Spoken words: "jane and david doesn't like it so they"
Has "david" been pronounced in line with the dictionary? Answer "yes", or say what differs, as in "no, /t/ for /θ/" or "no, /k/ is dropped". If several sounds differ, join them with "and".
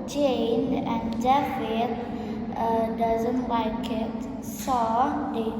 no, /f/ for /v/